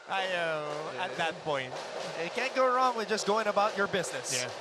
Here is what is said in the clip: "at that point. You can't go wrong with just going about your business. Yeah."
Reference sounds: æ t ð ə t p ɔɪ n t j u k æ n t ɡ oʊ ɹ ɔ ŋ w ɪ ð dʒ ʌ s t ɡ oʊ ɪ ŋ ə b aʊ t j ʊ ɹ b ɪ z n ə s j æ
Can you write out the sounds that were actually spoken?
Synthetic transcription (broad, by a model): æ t ð ə t p ɔɪ n t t k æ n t ɡ oʊ ɹ ɔ ŋ w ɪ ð dʒ ʌ s ɡ oʊ ɪ ŋ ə b aʊ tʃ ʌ ɹ b ɪ z n ə s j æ